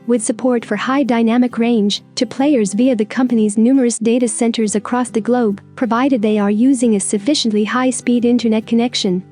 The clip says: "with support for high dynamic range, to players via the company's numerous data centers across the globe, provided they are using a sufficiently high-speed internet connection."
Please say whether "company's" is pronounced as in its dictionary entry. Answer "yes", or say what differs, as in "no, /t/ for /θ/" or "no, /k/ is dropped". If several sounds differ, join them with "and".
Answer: yes